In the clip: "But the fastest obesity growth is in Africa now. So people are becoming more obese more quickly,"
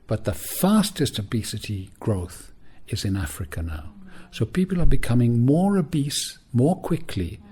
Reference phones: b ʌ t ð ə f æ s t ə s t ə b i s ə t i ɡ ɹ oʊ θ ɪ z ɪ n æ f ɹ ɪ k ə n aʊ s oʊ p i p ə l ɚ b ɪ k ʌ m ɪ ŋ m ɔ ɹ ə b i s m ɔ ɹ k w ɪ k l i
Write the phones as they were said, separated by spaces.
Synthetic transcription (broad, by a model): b ʌ t ð ə f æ s t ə s t ə b i s ə t i ɡ ɹ oʊ θ ɪ z ɪ n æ f ɹ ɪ k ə n aʊ s oʊ p i p ə l ɚ b ɪ k ʌ m ɪ ŋ m ɔ ɹ ə b i s m ɔ ɹ k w ɪ k l i